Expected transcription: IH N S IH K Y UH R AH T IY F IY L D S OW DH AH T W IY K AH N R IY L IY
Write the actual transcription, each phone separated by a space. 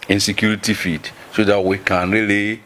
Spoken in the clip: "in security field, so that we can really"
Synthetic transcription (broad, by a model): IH N S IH K Y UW R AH T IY F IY D S OW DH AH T W IY K AH N R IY L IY